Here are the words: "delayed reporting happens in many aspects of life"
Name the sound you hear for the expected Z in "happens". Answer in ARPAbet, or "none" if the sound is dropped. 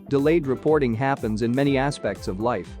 Z